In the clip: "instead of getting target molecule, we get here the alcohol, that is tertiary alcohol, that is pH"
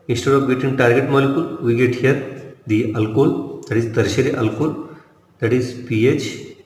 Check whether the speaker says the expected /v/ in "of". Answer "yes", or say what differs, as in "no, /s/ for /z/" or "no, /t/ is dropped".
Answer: no, /p/ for /v/